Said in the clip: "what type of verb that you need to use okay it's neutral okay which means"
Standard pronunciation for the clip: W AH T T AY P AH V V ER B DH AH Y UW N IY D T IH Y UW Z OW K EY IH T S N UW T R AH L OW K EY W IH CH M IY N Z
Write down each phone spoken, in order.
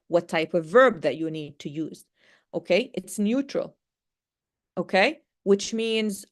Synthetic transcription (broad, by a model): W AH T T AY P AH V V ER B DH AH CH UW N IY D T IH Y UW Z OW K EY IH T S N UW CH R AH L OW K EY W IH CH M IY N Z